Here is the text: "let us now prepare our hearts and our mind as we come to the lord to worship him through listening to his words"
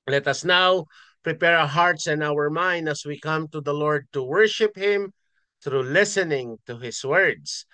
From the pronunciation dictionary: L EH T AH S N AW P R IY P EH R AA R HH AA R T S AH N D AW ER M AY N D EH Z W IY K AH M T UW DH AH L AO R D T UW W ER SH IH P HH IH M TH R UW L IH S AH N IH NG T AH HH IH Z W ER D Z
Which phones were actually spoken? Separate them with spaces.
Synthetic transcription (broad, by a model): L EH T AH S N AW P R IY P EH R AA HH AA R T S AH N AW ER M AY N D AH S W IY K AH M T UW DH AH L AO R D T UW W ER SH IH P HH IH M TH R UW L IH S AH N IH NG T AH HH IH S W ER D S